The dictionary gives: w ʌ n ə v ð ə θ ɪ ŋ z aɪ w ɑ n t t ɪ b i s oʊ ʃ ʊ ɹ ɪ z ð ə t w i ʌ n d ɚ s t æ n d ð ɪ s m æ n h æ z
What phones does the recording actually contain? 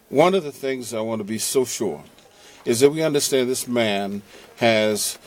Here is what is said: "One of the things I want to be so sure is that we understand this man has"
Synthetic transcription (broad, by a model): w ʌ n ə v ð ə θ ɪ ŋ z aɪ w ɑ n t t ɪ b i s oʊ ʃ ʊ ɹ ɪ z ð ə t w i ʌ n d ɚ s t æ n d ð ɪ s m æ n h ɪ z